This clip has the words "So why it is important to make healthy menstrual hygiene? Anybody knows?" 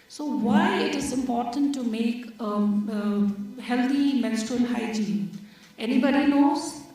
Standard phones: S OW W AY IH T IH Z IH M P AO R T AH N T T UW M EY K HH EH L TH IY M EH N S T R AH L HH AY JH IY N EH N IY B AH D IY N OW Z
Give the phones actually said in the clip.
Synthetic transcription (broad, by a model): S OW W AY IH T IH Z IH M P AO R T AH N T T UW M EY K HH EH L T IY M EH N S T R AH N HH AY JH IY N EH N IY B AH D IY N OW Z